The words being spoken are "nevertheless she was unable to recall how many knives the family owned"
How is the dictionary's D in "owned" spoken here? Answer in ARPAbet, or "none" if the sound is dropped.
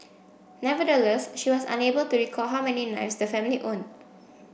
none